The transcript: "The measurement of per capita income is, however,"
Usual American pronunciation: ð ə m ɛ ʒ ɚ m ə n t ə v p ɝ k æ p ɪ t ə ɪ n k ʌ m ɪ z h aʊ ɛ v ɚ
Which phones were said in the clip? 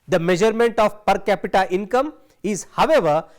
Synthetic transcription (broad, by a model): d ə m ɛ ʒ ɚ m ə n t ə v p ɝ k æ p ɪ t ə ɪ n k ʌ m ɪ z h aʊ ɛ v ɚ